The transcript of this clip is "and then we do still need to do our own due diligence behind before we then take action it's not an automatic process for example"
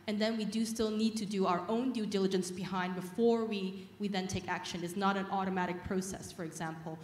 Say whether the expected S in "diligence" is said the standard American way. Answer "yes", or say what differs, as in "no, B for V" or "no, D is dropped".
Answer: yes